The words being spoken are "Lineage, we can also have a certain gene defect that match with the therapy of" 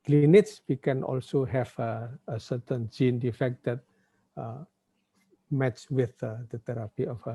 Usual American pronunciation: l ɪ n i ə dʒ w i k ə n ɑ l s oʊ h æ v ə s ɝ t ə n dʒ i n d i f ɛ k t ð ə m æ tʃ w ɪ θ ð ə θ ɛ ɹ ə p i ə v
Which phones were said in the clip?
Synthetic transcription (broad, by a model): l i n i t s w i k ə n ɑ l s oʊ h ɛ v ə s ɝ t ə n dʒ i n d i f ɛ k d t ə m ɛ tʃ w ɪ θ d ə t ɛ ɹ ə p i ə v